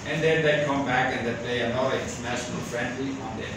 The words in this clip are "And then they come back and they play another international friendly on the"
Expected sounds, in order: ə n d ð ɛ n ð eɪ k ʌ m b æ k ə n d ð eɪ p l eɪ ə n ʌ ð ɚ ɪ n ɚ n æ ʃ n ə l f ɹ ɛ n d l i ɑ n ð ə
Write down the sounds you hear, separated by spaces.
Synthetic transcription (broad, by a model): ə n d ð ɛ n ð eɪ k ʌ m b æ k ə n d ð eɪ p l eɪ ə ʌ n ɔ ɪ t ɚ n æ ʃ n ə l f ɹ ɛ n d l i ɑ n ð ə